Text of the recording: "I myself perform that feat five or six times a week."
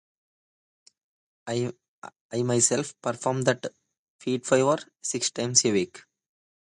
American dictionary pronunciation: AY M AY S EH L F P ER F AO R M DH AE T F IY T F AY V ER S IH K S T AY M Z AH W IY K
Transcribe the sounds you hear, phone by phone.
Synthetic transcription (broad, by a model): AY M AY S EH L F P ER F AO R M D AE T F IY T F AY V ER S IH K S T AY M S AH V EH K